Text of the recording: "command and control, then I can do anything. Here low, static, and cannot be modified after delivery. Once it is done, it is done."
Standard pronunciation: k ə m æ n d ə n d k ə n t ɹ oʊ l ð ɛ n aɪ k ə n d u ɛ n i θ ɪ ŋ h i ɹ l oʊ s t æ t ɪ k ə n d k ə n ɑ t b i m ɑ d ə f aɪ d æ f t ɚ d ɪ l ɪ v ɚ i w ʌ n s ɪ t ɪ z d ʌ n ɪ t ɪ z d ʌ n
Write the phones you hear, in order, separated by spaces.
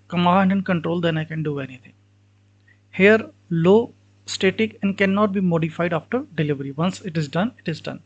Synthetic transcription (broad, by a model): k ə m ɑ n d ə n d k ə n t ɹ oʊ l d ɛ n aɪ k ə n d u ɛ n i t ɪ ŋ h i ɹ l oʊ s t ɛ t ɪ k ə n d k ə n ɑ t b i m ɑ d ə f aɪ d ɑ f t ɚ d ɪ l ɪ v ɚ i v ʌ n s ɪ t ɪ z d ʌ n ɪ t ɪ z d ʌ n